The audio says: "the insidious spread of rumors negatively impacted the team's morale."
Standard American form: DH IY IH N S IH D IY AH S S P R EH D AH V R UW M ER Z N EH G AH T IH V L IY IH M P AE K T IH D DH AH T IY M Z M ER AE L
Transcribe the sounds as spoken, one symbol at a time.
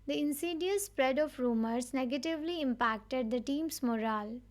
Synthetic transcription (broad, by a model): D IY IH N S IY D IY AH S S P R EH D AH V R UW M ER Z N EH G AH T IH V L IY IH M P AE K T IH D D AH T IY M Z M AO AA L